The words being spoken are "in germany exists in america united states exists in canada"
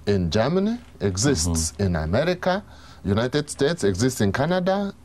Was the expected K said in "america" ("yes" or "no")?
yes